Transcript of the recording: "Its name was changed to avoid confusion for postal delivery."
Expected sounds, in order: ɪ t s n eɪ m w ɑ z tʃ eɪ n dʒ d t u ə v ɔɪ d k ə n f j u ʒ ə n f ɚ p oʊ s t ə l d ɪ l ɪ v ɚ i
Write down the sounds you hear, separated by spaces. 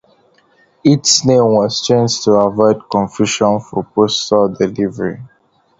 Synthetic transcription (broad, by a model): ɪ t s n eɪ m w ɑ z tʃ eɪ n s t u ə v ɔɪ d k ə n f j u ʃ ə n f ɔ p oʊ s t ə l d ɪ l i v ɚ i